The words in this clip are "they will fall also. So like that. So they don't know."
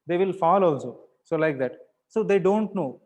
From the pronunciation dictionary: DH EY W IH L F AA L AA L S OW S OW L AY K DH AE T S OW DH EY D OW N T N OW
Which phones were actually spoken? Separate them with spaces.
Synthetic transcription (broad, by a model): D EY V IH L F AA L AA L S OW S OW L AY K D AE T S OW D EY D OW N T N OW